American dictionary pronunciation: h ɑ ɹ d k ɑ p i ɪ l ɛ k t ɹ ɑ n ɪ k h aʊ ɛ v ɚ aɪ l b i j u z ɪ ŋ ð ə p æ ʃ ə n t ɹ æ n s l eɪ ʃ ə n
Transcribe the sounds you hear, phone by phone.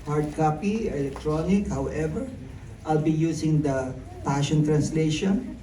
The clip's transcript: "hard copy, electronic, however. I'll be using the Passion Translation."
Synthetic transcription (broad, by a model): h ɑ ɹ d k ɑ p i ɪ l ɛ k t ɹ ɑ n ɪ k h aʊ ɛ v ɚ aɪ l b i j u s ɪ ŋ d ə p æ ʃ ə n t ɹ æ n s l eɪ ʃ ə n